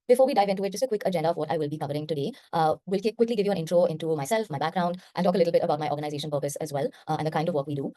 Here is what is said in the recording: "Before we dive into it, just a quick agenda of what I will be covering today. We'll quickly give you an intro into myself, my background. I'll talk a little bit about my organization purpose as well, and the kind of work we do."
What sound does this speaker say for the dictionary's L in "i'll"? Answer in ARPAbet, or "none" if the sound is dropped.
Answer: N